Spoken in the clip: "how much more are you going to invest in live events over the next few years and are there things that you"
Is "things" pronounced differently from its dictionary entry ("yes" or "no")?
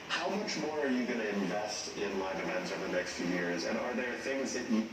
no